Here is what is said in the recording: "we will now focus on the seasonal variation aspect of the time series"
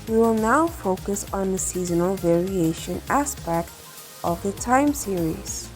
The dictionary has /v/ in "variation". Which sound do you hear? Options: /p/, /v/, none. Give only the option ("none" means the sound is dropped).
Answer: /v/